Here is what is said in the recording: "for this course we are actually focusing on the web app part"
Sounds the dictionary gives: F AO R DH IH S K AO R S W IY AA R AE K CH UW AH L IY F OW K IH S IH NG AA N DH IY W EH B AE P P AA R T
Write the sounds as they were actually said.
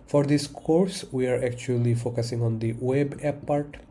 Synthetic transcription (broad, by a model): F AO R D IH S K AO R S W IY AA R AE K CH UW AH L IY F OW K IH S IH NG AA N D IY W EH B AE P P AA R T